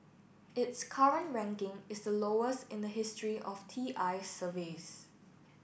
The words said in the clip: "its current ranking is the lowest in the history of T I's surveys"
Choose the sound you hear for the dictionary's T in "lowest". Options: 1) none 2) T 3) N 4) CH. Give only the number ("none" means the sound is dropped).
2